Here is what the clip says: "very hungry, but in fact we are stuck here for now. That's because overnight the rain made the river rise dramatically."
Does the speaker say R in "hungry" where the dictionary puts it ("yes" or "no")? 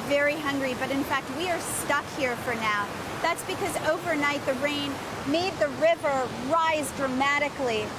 yes